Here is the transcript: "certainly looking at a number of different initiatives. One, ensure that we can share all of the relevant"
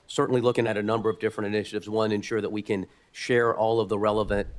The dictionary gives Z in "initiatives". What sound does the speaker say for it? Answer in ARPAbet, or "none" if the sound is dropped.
Z